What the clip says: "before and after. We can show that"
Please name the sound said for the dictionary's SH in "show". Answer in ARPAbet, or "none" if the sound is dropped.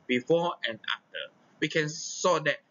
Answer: S